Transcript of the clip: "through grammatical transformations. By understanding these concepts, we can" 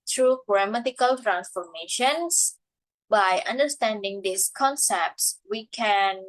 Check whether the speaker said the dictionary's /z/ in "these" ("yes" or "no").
no